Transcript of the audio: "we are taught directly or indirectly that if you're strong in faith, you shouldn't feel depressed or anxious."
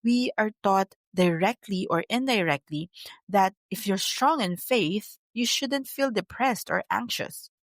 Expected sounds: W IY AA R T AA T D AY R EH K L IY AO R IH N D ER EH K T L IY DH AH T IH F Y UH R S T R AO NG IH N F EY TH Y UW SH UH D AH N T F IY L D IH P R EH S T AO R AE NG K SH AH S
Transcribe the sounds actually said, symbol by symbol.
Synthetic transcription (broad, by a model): W IY AA R T AA T D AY R EH K L IY AO R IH N D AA EH K T L IY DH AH T IH F Y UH R S T R AO NG IH N F EY TH Y UW SH UH D AH N T F IY L D IH P R EH S T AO R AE NG K SH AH S